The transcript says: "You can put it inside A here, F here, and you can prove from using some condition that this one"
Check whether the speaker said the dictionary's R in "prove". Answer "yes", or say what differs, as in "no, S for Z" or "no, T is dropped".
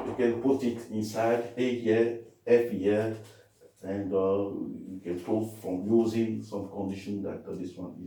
no, R is dropped